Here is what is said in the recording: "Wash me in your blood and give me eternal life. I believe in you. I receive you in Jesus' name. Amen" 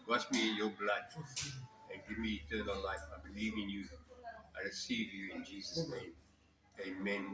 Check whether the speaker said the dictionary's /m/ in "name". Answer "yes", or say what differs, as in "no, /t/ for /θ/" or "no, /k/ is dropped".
yes